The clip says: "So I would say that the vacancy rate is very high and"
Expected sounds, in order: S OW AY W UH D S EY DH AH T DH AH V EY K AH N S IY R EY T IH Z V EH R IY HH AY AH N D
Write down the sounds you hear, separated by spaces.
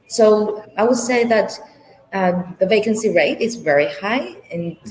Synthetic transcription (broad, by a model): S OW AY W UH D S EY DH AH T DH AH V EY K AH N S IY R EY T IH Z V EH R IY HH AY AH N